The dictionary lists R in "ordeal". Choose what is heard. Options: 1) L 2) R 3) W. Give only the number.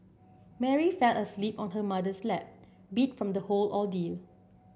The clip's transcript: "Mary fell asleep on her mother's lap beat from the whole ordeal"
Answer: 1